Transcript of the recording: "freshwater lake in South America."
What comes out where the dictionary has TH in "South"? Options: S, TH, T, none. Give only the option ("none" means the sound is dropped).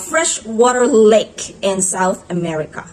TH